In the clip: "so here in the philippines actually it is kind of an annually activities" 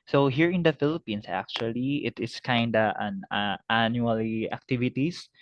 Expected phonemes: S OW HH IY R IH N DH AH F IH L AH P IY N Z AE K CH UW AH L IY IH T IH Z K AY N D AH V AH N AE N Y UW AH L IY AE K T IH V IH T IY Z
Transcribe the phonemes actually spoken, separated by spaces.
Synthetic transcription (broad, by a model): S OW HH IY R IH N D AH F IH L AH P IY N S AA K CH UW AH L IY IH T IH S K AY N D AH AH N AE N Y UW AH L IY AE K T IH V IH T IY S